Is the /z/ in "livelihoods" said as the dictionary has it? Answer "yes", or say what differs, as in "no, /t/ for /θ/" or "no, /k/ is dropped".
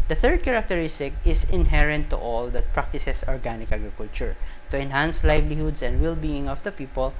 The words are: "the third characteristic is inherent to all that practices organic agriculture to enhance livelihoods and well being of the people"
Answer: no, /s/ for /z/